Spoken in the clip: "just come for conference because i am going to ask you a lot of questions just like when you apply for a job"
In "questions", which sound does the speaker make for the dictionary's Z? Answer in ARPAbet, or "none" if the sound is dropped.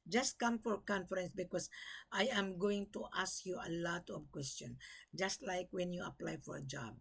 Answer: none